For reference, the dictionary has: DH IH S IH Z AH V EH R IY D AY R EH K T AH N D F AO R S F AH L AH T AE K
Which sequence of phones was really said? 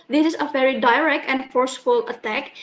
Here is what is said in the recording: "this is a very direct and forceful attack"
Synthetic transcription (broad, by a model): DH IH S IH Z AH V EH R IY D AY R EH K T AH N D F AO R S F AH L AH T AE K